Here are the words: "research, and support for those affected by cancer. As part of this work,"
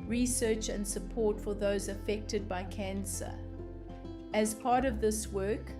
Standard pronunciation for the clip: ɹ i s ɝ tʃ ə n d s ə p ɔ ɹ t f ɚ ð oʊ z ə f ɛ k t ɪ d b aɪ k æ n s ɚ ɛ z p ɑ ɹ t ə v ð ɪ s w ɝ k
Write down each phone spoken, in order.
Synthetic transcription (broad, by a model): ɹ i s ɝ tʃ ə n d s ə p ɔ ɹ t f ɚ ð oʊ z ə f ɛ k t ɪ d b aɪ k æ n s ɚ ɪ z p ɑ ɹ t ə v ð ɪ s w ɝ k